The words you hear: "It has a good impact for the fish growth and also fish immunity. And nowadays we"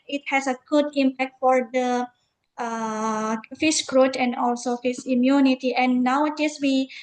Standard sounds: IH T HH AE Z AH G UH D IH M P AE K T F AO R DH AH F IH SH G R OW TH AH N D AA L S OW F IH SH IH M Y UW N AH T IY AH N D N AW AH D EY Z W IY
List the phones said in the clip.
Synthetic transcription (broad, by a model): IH T HH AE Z AH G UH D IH M P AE K T F AO R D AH F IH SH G R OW T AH N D AA L S OW F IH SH IH M Y UW N AH T IY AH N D N AW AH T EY S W IY